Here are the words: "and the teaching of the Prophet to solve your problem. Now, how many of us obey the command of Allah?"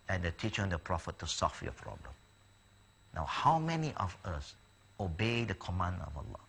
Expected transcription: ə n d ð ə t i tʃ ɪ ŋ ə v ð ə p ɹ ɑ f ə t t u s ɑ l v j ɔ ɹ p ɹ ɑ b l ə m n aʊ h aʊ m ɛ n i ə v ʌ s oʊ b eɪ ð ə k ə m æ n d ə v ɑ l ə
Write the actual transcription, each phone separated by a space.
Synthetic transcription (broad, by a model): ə n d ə t i tʃ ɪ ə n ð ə p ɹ ɑ f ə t t u s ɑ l f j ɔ p ɹ ɑ b l ə m n aʊ h aʊ m ɛ n i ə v ʌ s oʊ b eɪ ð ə k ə m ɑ n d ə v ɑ l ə